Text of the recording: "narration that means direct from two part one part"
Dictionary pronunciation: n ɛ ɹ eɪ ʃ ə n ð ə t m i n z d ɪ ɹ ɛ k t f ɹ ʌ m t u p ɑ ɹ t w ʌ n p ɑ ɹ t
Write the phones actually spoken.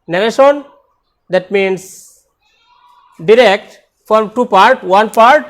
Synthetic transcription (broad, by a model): n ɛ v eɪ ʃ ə n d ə t m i n s d ɪ ɹ ɛ k t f ɹ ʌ m t u p ɑ ɹ t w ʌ n p ɑ ɹ t